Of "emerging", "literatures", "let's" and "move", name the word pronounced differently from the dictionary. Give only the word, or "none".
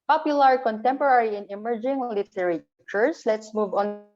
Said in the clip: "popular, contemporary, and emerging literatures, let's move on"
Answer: literatures